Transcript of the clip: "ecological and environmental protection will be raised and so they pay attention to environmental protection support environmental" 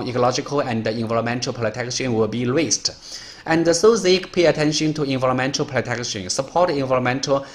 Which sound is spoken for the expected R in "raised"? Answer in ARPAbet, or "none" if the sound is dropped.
W